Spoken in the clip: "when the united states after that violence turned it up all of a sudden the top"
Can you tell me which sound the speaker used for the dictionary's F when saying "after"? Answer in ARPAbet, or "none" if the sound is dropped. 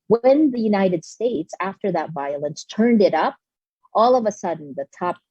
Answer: F